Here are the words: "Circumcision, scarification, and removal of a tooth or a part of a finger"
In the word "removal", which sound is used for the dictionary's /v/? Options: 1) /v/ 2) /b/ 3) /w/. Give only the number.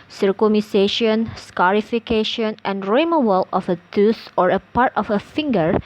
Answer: 3